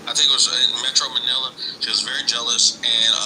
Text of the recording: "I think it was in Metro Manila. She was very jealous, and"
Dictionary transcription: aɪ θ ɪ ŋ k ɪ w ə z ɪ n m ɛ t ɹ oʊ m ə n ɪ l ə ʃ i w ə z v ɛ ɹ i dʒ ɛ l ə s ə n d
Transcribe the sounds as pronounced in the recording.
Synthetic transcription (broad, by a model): aɪ θ ɪ ŋ k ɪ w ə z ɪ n m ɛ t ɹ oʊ m ə n ɪ l ə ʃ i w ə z v ɛ ɹ i dʒ ɛ l ə s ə n